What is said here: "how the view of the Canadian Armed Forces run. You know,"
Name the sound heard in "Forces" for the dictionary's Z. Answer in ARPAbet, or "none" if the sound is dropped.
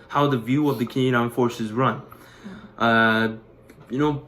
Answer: Z